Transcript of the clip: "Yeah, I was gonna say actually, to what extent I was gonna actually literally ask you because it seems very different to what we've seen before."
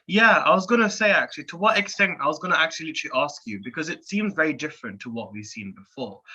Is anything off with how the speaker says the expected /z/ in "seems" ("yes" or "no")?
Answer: no